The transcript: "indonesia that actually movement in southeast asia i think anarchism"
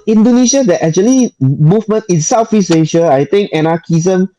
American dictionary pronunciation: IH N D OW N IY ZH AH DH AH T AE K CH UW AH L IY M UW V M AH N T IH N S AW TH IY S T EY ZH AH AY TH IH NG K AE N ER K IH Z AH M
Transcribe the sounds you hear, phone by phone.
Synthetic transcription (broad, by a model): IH N D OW N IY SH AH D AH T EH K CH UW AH L IY M UW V M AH N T IH N S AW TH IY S EY SH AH AY T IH NG K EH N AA K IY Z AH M